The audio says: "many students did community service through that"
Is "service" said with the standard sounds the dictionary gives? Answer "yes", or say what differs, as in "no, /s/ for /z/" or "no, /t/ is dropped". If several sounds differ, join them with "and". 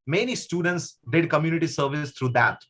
yes